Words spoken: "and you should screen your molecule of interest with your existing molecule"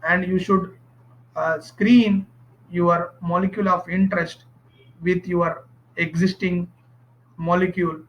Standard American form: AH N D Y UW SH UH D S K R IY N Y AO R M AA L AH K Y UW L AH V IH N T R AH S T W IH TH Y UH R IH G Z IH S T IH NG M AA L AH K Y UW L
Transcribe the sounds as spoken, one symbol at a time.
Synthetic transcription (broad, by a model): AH N D Y UW SH UH D S K R IY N Y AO R M AA L AH K Y UW L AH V IH N T R AH S T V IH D Y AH R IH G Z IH S T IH NG M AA L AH K Y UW L